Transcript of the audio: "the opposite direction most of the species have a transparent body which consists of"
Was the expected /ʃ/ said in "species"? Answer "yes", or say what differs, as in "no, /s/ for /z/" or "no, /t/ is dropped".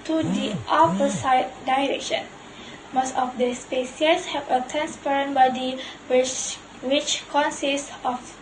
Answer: no, /s/ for /ʃ/